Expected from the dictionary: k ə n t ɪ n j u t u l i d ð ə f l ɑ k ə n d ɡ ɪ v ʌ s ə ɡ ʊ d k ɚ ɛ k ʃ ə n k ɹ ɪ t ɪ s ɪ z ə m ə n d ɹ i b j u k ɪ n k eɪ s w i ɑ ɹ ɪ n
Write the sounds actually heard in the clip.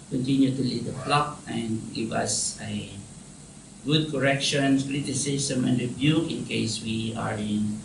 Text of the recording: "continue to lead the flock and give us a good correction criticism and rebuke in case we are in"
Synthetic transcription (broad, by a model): k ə n t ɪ n j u t u l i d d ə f l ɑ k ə n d ɡ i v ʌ s ə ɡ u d k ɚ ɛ k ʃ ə n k ɹ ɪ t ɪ s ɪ s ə m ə n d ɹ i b j u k ɪ n k eɪ s w i ɑ ɹ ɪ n